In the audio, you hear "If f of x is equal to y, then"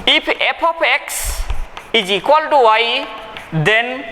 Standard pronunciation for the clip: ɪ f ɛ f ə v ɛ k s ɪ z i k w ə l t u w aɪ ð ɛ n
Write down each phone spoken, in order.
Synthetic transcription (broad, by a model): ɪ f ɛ p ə p ɛ k s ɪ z i k w ə l t u w aɪ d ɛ n